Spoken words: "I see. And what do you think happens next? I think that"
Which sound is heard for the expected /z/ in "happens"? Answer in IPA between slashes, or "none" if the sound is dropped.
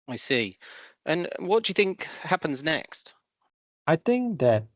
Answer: /z/